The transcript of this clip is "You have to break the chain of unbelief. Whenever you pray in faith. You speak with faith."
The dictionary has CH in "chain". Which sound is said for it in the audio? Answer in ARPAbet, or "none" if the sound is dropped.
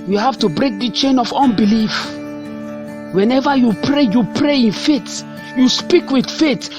CH